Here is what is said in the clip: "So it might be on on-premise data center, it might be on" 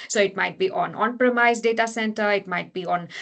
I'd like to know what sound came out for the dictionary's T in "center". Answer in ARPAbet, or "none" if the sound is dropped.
T